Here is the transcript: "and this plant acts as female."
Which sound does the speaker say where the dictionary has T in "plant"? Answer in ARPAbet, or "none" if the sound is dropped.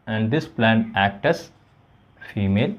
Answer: none